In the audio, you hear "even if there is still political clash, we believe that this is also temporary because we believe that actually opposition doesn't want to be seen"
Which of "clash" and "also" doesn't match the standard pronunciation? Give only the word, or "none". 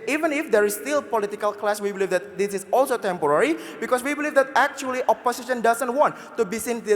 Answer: clash